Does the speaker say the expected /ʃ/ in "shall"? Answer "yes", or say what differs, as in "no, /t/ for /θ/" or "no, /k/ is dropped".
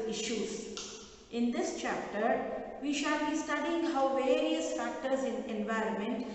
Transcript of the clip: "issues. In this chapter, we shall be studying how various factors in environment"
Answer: yes